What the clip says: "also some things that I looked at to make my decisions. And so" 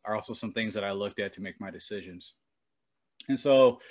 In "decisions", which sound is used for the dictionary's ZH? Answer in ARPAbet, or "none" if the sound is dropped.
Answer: ZH